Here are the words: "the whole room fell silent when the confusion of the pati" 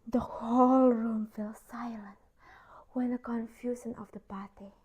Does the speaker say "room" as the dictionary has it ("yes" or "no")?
yes